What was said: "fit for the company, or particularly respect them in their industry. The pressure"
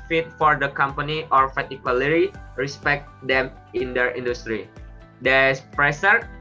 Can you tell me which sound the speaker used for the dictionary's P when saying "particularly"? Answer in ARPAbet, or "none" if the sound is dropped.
F